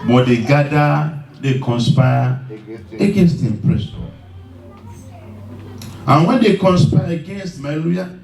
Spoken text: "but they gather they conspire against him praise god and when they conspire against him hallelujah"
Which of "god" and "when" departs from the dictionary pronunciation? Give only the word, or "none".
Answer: god